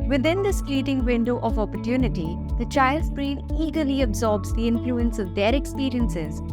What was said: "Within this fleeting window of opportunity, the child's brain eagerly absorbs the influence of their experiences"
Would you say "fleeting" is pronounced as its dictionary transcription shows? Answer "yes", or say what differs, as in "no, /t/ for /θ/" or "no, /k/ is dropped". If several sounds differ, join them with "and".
no, /p/ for /f/